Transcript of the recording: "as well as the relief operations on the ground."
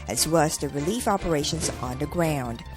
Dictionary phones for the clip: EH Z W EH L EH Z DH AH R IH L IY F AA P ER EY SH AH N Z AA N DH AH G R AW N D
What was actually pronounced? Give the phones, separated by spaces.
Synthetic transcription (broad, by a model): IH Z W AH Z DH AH R IH L IY F AA P ER EY SH AH N Z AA N DH AH G R AW N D